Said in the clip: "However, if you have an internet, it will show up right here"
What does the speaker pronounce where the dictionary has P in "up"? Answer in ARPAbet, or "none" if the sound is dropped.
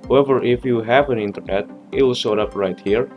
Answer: P